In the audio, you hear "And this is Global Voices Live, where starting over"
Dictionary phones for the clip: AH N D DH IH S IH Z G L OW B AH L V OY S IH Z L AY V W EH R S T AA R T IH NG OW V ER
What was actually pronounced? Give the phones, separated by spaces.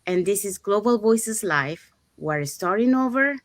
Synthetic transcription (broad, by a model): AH N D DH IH S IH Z G L OW B AH L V OY S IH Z L AY F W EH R S T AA R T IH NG OW V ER